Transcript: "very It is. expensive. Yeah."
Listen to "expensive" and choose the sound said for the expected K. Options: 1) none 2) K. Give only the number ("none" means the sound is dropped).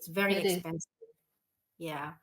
1